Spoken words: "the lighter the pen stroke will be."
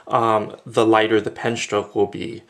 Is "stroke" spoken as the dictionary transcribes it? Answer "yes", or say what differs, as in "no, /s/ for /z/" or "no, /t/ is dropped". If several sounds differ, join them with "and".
no, /ɹ/ is dropped